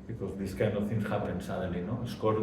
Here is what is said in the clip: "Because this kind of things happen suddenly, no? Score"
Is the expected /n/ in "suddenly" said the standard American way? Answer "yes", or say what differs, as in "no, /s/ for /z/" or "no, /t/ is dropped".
no, /n/ is dropped